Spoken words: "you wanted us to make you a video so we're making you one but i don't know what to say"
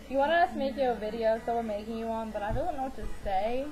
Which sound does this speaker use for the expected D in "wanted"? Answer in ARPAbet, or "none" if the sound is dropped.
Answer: none